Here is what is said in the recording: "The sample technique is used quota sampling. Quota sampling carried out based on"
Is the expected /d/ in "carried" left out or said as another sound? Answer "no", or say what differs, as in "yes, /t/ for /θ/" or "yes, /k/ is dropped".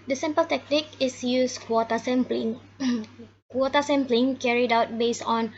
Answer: no